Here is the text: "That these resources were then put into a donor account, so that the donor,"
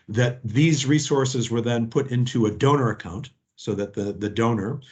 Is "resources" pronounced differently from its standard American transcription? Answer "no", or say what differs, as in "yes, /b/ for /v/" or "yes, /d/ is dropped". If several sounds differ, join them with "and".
no